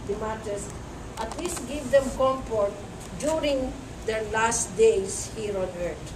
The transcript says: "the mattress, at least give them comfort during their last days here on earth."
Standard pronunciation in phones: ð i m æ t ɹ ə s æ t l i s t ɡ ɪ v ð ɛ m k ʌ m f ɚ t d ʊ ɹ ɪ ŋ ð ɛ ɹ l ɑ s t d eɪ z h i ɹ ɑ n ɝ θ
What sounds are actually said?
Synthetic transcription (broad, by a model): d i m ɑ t ə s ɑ t l i s t ɡ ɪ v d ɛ m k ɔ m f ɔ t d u ɹ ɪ ŋ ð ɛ ɹ l ɑ s t d eɪ s h i ɹ ɑ n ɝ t